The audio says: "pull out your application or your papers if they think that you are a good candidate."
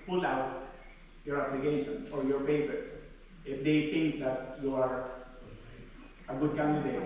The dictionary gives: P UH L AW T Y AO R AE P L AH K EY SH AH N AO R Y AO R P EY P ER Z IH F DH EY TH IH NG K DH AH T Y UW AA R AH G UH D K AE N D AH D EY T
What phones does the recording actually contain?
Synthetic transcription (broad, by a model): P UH L AW T Y AO R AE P L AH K EY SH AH N AO R Y AO R F EY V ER S IH F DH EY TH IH NG K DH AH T Y UW AA R AH G UH D K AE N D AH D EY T